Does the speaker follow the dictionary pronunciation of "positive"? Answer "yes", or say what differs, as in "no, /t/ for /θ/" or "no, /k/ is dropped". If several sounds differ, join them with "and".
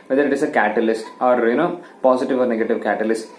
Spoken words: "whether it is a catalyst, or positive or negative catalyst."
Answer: no, /s/ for /z/